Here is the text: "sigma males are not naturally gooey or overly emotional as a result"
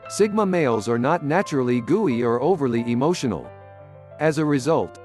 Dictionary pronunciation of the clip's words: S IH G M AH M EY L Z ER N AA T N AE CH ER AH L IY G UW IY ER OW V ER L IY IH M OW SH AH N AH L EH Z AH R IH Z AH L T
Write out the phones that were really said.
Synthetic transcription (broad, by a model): S IH G M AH M EY L Z ER N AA T N AE CH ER L IY G UW IY ER OW V ER L IY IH M OW SH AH N L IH Z AH R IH Z AH L T